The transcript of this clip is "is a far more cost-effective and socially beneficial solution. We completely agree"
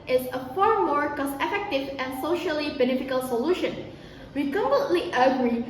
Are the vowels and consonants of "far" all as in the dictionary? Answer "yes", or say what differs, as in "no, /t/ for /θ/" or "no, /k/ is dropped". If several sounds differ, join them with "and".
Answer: yes